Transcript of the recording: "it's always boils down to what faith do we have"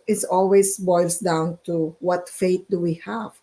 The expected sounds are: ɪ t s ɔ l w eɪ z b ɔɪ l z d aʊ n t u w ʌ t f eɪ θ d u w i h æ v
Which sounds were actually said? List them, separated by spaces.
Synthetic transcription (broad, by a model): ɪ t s ɔ l w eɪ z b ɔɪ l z d aʊ n t u w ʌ t f eɪ t d u w i h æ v